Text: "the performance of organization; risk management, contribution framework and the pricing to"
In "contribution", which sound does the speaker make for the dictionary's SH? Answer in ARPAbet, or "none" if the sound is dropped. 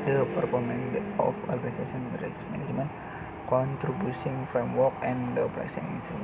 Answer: S